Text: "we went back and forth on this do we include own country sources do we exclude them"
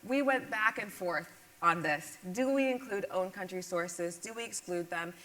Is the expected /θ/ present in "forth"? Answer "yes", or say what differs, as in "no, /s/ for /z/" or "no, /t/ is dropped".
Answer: yes